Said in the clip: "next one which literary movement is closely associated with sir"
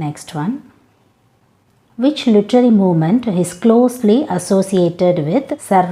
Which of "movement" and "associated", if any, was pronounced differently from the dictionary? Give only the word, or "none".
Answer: none